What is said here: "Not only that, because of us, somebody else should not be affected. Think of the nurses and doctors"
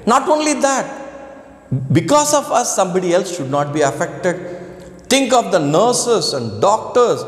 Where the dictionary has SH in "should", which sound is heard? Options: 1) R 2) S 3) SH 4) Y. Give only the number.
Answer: 3